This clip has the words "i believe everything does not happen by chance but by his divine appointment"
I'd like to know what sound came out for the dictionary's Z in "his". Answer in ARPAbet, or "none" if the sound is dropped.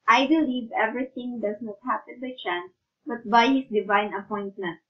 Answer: S